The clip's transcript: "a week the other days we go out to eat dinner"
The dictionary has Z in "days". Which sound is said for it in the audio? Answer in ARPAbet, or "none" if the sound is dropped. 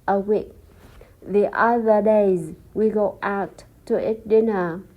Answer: Z